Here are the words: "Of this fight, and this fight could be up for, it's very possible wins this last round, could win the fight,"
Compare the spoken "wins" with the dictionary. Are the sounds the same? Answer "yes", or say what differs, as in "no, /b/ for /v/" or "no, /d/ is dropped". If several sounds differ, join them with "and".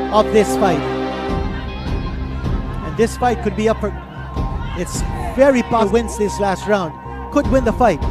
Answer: no, /s/ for /z/